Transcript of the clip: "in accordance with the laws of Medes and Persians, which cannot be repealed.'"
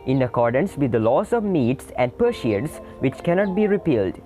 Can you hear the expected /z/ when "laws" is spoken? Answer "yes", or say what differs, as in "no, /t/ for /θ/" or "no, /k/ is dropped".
no, /s/ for /z/